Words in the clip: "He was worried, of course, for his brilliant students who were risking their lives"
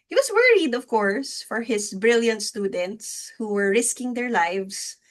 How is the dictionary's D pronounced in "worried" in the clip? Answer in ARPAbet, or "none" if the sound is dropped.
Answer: D